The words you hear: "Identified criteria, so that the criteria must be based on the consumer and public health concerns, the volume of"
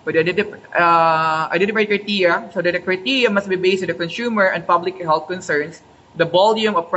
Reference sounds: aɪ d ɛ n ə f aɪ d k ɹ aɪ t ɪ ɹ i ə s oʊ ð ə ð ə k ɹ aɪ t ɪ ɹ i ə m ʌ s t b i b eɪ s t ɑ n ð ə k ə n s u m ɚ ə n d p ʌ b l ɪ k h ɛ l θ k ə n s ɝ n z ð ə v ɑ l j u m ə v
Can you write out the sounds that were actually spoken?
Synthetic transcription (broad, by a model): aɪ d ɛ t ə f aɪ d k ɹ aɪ t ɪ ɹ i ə s oʊ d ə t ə k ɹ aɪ t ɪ ɹ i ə m ʌ s t b i b eɪ s t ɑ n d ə k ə n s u m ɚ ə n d p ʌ b l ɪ k h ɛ l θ k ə n s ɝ n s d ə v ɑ l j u m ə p